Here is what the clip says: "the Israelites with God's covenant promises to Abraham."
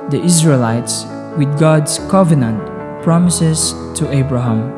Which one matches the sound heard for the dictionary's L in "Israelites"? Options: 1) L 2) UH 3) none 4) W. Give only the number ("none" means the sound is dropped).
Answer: 1